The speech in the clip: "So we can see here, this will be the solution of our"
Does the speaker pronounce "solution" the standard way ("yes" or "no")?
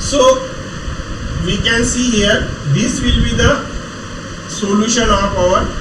yes